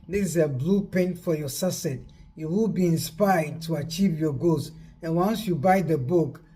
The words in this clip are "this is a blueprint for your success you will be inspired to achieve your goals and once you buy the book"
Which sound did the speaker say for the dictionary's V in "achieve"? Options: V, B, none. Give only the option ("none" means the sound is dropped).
V